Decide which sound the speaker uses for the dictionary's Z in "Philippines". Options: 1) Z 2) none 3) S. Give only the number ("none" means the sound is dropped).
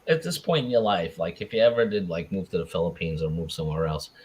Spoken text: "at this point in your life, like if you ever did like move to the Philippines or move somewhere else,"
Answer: 1